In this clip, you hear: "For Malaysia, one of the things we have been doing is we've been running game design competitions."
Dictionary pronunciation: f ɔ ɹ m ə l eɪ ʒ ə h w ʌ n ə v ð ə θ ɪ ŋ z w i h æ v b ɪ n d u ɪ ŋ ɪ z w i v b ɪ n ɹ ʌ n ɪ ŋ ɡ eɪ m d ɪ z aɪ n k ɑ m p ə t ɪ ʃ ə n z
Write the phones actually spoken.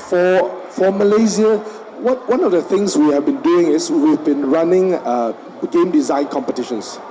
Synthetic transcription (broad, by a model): f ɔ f m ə l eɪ z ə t w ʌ n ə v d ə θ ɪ ŋ s w i h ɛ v b ɪ n d u ɪ ŋ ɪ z w i v b ɪ n ɹ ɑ n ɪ ŋ ɡ eɪ m d ɪ z aɪ n k ɑ m p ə t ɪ ʃ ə n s